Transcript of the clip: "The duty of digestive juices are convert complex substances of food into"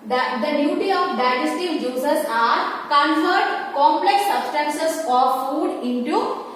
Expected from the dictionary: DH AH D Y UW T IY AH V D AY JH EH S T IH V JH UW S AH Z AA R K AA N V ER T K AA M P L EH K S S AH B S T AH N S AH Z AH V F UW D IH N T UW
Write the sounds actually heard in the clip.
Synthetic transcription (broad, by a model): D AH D Y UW T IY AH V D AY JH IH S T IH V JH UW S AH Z AA R K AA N F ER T K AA M P L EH K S S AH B S T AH N S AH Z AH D F UW D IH N T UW